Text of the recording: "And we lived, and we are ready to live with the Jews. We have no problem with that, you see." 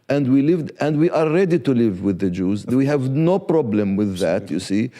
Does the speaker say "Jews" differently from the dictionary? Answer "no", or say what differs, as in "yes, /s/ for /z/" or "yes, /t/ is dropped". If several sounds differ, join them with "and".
no